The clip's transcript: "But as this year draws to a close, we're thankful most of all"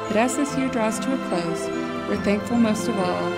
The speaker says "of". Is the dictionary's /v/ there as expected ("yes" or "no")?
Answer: no